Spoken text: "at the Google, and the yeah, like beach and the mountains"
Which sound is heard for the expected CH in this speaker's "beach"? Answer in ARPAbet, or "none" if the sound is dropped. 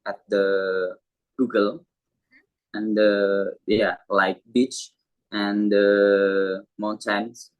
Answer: CH